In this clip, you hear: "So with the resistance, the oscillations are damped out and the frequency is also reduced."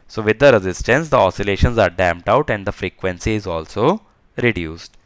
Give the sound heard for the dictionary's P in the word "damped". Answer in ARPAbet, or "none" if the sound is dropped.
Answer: P